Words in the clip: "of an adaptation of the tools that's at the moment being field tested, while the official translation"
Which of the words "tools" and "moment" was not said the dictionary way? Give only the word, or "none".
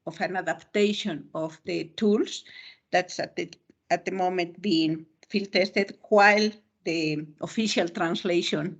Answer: tools